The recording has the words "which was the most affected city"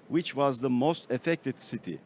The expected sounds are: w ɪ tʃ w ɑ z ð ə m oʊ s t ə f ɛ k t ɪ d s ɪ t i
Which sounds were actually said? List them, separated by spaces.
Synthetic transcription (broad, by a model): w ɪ tʃ w ɑ z ð ə m oʊ s t ə f ɛ k t ɪ d s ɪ t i